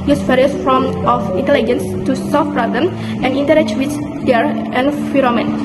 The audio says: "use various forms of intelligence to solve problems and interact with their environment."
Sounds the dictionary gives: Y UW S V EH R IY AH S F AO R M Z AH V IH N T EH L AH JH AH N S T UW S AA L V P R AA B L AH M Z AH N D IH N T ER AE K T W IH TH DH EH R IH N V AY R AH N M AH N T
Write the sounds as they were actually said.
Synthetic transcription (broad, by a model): Y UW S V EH R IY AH S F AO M AH F IH N T EH L AH JH AH N S T UW S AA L F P R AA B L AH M AH N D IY N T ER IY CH W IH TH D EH R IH N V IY R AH M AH N